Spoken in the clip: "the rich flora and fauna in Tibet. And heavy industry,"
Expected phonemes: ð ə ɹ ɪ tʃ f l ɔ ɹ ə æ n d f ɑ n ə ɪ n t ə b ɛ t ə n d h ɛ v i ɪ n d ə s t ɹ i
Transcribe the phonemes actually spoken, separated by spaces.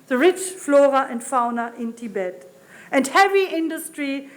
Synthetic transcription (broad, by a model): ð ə ɹ ɪ tʃ f l ɔ ɹ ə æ n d f ɑ n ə ɪ n t ə b ɛ t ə n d h ɛ v i ɪ n d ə s t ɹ i